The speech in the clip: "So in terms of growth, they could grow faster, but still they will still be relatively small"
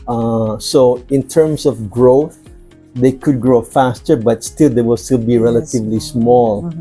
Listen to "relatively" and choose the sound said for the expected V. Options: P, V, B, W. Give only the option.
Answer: V